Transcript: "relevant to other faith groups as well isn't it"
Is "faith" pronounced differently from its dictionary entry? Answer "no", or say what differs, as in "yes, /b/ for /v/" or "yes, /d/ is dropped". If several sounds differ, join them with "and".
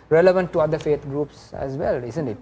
yes, /t/ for /θ/